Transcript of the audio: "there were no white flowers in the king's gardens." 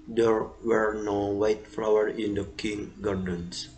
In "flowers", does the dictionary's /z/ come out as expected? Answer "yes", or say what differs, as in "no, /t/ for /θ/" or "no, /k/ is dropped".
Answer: no, /z/ is dropped